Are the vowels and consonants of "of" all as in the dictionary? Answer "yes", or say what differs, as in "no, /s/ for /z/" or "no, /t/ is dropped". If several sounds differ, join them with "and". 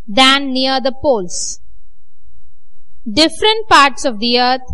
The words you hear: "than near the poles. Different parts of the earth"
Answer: yes